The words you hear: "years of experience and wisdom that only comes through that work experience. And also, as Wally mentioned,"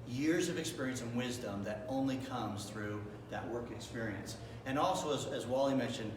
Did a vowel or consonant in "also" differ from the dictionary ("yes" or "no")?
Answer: no